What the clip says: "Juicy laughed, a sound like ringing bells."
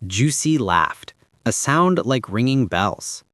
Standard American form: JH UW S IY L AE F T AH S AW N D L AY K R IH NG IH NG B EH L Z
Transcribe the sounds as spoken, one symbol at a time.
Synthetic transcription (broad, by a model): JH UW S IY L AE F T AH S AW N D L AY K R IH NG IH NG B EH L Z